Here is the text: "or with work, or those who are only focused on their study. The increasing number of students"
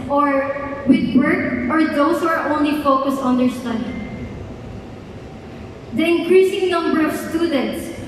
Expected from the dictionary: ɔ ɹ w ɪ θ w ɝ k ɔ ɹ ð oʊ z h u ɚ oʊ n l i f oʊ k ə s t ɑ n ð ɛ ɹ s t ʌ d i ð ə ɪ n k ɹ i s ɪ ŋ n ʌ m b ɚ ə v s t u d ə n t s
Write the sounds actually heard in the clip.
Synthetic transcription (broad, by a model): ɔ ɹ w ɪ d w ɝ k ɔ ɹ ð oʊ s h u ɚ oʊ n l i f oʊ k ə s t ɑ n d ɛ ɹ s t ʌ d i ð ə ɪ n k ɹ i s ɪ ŋ n ʌ m b ɚ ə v s t u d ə n t s